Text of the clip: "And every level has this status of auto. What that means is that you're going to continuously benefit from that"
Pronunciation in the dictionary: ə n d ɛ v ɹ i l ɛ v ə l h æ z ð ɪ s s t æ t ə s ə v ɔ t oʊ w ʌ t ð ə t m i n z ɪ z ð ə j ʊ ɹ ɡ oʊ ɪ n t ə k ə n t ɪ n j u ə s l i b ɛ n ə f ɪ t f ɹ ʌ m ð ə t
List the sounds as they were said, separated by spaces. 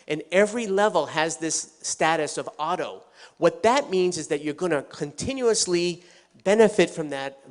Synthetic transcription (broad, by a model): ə n ɛ v ɹ i l ɛ v l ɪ z ð ɪ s s t æ t ə s ə v ɔ t oʊ w ʌ t ð ə t m i n z ɪ z ð ə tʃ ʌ ɹ ɡ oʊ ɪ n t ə k ə n t ɪ n j u ə s l i b ɛ n ə f ɪ t f ɹ ʌ m ð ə t